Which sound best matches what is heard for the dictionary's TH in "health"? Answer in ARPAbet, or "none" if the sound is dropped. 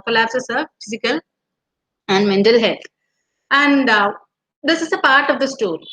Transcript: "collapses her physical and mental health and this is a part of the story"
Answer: T